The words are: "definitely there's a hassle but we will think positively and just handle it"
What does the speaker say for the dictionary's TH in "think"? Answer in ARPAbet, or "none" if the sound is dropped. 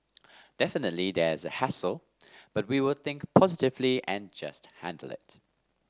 TH